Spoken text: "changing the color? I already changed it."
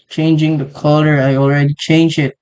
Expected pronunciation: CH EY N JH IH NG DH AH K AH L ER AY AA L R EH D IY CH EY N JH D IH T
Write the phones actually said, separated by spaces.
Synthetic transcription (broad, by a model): CH EY N JH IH NG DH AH K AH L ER AY AA L R EH D IY CH EY N JH IH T